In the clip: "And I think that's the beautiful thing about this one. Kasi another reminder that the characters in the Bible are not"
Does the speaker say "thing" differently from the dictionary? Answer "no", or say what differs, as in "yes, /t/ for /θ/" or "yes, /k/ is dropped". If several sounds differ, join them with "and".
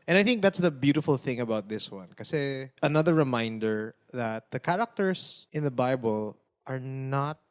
no